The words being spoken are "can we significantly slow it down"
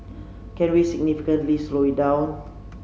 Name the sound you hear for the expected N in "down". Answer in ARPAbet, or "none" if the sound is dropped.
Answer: none